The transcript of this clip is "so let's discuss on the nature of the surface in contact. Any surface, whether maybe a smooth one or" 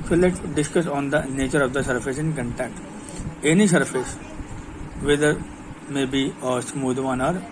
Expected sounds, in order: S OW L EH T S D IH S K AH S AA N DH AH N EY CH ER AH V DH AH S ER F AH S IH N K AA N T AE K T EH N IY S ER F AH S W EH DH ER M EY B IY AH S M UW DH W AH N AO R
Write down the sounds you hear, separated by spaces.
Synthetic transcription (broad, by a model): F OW L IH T D IH S K AH S AA N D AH N EY CH ER AH V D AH S ER F AH S IH N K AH N T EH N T EH N IY S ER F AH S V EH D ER M EY B IY AH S M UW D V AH N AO R